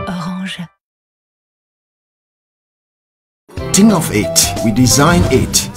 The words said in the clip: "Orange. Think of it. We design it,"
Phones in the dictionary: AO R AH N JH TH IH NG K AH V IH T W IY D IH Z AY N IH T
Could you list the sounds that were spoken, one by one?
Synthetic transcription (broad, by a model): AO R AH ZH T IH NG AH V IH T W IY D IH Z AY N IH T